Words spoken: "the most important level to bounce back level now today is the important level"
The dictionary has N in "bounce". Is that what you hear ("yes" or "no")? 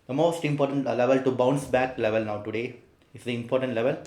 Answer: yes